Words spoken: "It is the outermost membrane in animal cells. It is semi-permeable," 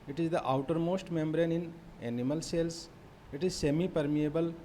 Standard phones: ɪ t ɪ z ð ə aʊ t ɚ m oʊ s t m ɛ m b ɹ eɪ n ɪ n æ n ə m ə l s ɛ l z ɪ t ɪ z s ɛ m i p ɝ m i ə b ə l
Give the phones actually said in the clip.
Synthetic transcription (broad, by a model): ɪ t ɪ z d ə aʊ t ɚ m oʊ s t m ɛ m b ɹ eɪ n ɪ n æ n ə m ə l s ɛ l s ɪ t ɪ z s ɛ m i p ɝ m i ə b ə l